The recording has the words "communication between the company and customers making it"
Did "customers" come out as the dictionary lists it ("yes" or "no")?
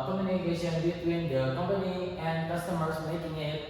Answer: no